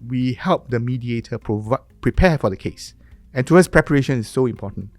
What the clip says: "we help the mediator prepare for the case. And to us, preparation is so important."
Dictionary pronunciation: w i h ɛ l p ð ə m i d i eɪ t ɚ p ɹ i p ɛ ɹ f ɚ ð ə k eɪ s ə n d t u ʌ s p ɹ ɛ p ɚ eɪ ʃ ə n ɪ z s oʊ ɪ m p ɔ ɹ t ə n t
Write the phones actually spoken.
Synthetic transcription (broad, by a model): w i h ɛ l p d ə m i d i eɪ t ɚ p ɹ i p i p f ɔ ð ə k eɪ s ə n t u ʌ s p ɹ ɛ p ɚ eɪ ʃ ə n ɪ s oʊ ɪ m p ɔ t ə n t